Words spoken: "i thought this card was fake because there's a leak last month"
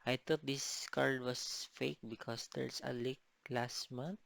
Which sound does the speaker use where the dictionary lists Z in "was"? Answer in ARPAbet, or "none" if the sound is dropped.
S